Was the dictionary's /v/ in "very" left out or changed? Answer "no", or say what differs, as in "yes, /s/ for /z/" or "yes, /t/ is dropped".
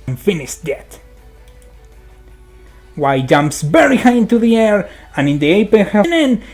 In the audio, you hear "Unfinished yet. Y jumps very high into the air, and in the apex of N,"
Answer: yes, /b/ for /v/